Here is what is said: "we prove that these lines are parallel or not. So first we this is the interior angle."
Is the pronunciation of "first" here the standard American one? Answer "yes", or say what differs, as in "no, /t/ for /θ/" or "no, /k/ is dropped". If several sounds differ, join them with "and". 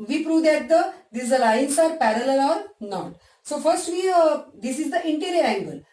yes